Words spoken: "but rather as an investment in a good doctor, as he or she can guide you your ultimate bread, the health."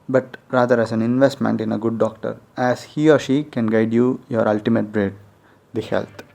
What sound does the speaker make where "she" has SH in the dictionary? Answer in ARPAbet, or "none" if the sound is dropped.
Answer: SH